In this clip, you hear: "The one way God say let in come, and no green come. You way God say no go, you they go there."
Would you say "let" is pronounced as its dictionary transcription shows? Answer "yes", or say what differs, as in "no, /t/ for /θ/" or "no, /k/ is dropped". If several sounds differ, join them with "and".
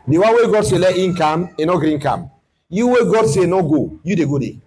yes